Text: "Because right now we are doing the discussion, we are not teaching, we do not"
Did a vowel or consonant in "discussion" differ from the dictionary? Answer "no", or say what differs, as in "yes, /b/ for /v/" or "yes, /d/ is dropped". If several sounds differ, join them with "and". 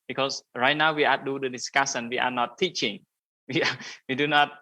yes, /s/ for /ʃ/